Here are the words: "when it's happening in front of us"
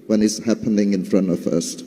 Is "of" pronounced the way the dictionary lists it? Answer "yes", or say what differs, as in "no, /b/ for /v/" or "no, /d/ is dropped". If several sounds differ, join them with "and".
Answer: no, /f/ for /v/